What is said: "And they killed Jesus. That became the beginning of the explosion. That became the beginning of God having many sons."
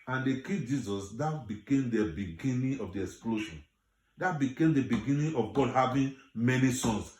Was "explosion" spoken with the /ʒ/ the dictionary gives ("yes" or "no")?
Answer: no